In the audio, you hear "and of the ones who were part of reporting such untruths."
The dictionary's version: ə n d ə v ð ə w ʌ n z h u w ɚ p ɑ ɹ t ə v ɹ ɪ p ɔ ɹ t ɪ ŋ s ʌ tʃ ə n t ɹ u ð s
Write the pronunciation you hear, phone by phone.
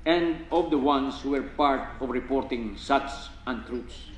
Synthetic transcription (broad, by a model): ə n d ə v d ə w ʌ n s h u w ɚ p ɑ ɹ t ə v ɹ ɪ p ɔ ɹ t ɪ ŋ s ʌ s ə n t ɹ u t s